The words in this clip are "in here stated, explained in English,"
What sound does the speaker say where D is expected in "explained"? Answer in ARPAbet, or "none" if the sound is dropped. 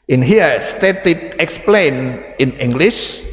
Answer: none